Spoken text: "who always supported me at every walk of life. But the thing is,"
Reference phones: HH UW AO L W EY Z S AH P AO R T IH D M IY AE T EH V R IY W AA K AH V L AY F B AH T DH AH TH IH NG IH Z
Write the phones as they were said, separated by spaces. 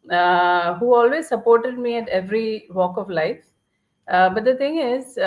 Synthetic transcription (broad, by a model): HH UW AO L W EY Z S AH P AO R T IH D M IY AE T EH V R IY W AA K AH V L AY F B AH T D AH T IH NG IH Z